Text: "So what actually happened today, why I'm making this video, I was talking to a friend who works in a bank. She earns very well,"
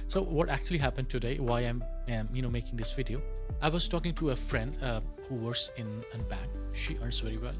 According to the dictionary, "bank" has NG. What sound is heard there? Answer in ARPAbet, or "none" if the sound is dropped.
none